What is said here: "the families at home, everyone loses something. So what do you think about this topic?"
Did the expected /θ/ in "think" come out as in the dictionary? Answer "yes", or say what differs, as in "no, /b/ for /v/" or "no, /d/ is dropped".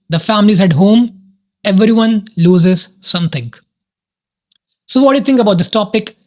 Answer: no, /t/ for /θ/